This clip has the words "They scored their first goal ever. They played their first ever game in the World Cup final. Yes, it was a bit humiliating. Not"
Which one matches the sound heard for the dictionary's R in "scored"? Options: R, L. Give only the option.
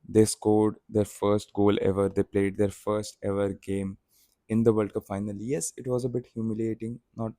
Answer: R